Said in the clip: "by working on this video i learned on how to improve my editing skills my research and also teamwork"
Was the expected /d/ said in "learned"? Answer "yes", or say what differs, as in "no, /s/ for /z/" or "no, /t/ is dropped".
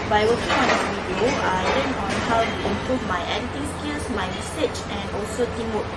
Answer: no, /d/ is dropped